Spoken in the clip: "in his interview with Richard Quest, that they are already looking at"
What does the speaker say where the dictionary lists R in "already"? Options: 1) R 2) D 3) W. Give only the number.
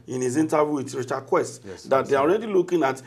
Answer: 1